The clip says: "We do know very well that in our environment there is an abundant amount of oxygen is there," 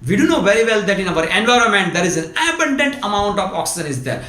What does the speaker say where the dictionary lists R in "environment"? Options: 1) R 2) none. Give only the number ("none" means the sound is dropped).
1